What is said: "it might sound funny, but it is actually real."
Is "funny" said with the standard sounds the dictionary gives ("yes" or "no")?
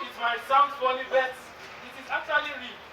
no